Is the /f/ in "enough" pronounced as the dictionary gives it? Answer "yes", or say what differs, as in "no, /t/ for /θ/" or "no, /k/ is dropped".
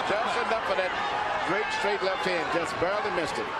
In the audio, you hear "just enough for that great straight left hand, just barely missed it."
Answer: no, /p/ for /f/